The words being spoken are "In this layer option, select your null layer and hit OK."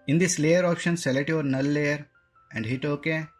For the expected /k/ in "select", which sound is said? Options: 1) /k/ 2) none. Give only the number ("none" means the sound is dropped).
2